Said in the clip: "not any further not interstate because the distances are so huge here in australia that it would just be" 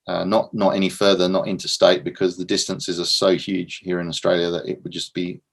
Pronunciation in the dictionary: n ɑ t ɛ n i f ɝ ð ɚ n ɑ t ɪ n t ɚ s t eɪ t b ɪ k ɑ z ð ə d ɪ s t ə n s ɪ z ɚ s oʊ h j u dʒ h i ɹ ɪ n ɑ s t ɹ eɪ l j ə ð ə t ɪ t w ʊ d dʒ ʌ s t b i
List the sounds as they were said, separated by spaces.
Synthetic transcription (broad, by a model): n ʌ t ɛ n i f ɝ ð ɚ n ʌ t ɪ n t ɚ s t eɪ t b ɪ k ɑ z ð ə d ɪ s t ə n s ɪ z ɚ s oʊ h j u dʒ h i ɹ ɪ n ɑ s t ɹ eɪ l j ə ð ə t ɪ t w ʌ d dʒ ʌ s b i